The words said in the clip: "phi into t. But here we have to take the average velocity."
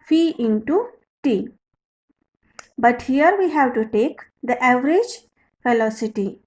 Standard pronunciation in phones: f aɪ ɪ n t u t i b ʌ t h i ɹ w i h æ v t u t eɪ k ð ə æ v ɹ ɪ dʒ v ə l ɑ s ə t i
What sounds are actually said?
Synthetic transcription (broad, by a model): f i ɪ n t u t i b ʌ t h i ɹ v i h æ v t u t eɪ k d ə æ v ɹ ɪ dʒ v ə l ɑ s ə t i